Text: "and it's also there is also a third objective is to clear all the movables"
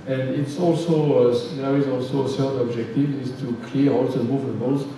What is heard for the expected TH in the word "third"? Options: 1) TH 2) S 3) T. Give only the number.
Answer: 2